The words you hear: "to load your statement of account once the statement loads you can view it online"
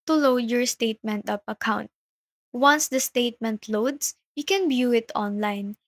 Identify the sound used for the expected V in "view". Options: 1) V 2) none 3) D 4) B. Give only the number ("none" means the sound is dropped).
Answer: 4